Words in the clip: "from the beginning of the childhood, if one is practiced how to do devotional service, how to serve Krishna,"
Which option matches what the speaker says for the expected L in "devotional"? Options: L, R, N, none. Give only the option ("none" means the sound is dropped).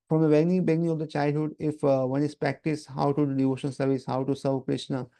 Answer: N